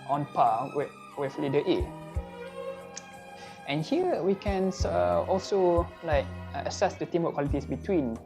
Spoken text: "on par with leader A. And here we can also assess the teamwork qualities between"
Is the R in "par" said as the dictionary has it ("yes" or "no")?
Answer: no